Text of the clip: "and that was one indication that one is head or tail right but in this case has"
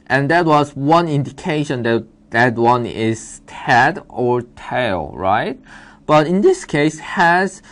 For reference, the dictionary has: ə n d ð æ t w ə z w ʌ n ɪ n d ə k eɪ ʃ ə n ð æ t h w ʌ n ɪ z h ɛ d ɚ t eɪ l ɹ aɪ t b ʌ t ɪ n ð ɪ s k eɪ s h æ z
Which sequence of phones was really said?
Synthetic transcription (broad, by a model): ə n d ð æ t w ə z w ʌ n ɪ n d ə k eɪ ʃ ə n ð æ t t w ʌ n ɪ z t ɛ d ɚ t eɪ l ɹ aɪ t b ʌ t ɪ n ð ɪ s k eɪ s h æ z